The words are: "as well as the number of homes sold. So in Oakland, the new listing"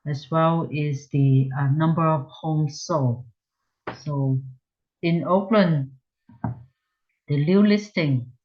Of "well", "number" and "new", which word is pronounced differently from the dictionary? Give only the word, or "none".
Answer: new